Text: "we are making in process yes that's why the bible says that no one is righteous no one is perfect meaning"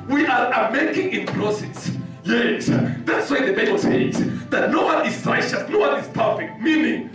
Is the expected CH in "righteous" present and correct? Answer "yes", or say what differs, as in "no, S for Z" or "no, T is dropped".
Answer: no, SH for CH